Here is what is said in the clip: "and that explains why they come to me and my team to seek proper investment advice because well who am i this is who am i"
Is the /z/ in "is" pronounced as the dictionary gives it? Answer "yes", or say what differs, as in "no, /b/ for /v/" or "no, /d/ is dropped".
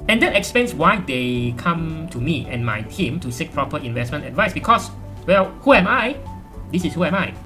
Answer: no, /s/ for /z/